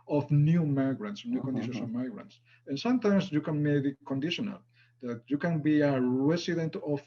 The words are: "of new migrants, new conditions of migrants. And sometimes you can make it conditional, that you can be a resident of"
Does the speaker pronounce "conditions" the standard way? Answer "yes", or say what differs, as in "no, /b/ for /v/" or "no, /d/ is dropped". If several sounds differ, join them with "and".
no, /s/ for /z/